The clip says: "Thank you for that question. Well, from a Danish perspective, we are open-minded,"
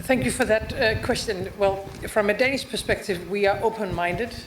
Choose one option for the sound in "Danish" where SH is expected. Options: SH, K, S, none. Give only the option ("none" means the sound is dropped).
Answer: S